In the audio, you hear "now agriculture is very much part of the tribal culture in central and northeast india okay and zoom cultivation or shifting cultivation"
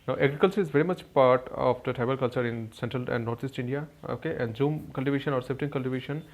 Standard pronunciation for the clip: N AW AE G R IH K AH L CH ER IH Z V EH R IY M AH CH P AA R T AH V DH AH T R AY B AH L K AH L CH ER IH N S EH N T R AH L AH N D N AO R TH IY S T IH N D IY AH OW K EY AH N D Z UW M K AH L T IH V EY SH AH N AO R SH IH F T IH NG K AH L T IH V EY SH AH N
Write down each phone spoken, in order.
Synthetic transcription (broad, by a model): N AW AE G R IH K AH L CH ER IH Z V EH R IY M AH CH P AA R T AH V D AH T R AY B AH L K AH L CH ER IH N S EH N T R AH L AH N D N AO R T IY S T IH N D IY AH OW K EY AH N D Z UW M K AH L T IH V EY SH AH N AO R S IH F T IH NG K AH L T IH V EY SH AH N